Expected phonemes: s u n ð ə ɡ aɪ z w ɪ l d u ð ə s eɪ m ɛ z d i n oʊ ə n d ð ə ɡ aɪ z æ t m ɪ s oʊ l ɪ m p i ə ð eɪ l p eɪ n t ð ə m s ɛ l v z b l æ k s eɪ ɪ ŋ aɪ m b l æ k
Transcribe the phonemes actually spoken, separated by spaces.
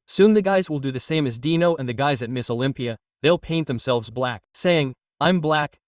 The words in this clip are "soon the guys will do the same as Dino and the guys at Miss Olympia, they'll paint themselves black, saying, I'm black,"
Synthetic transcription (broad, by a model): s u n ð ə ɡ aɪ z w ɪ l d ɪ ð ə s eɪ m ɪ z d i n oʊ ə n ð ə ɡ aɪ z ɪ t m ɪ s oʊ l ɪ m p i ə ð eɪ l p eɪ n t ð ə m s ɛ l v z b l æ k s eɪ ɪ ŋ aɪ m b l æ k